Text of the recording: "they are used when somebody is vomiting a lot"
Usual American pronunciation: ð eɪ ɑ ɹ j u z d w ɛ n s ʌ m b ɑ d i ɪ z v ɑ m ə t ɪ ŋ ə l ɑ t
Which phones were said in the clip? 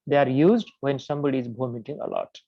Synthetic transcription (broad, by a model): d eɪ ɑ ɹ j u z d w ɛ n s ʌ m b ɑ d i ɪ z b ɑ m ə t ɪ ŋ ə l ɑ t